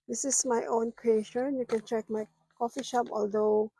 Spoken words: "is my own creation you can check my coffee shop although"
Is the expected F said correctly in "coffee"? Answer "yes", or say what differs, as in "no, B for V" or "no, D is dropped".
yes